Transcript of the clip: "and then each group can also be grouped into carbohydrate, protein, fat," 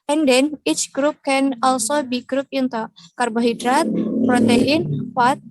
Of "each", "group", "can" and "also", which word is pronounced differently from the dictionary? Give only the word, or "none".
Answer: none